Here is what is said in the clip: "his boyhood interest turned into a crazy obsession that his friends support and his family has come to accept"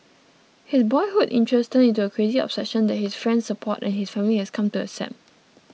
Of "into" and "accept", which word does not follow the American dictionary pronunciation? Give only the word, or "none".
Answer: accept